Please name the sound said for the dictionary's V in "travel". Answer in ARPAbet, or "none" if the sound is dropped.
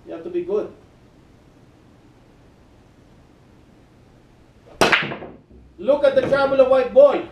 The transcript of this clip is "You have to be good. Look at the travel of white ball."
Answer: B